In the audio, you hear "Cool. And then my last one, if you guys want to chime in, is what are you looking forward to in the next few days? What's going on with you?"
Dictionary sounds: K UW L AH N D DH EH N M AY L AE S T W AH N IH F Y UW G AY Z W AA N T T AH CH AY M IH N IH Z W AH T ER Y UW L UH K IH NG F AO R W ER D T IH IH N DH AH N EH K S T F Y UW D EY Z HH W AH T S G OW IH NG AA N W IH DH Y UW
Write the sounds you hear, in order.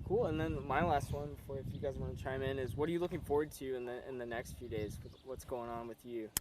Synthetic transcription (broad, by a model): K UW L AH N DH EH N M AY L AE S T W AH N IH F Y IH G AY Z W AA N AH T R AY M IH N IH Z W AH T ER Y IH L UH K IH NG F AO R W ER D T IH IH N DH AH N EH K S T F Y UW D EY Z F W AH T S G OW IH NG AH N W IH DH Y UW